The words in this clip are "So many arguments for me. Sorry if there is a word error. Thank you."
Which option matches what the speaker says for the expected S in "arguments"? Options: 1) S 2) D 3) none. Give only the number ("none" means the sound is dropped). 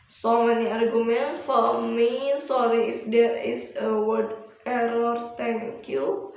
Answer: 3